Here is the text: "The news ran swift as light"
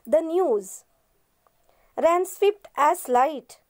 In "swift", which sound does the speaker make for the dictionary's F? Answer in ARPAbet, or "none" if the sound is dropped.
P